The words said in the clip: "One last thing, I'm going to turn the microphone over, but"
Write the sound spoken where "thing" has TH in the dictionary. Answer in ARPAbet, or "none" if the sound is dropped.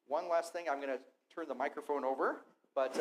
TH